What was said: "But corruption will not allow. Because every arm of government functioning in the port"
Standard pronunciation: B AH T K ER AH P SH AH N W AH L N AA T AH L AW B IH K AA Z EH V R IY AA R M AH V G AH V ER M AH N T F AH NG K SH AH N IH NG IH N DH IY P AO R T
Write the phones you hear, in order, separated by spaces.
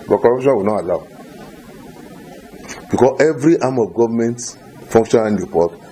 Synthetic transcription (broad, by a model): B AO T K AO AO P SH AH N W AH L N AA T AH L AW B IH K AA S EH V R IY AA M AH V G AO V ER M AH N T F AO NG K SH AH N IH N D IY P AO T